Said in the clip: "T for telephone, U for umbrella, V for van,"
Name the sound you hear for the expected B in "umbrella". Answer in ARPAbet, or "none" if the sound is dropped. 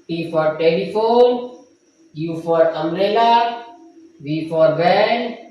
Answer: none